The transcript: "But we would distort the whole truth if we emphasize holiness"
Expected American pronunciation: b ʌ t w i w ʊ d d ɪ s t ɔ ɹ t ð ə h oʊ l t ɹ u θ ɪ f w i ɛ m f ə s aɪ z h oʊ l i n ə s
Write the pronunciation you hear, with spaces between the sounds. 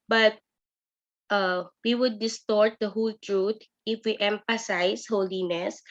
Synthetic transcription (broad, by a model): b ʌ t w i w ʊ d d ɪ s t ɔ ɹ t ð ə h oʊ l t ɹ u t ɪ f w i ɛ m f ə s aɪ s h oʊ l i n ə s